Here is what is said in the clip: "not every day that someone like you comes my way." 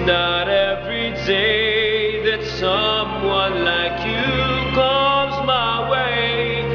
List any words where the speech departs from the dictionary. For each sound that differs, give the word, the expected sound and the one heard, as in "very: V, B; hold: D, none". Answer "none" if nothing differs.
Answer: none